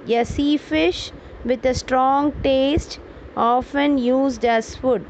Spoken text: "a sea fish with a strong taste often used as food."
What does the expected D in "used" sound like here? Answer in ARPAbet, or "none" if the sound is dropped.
D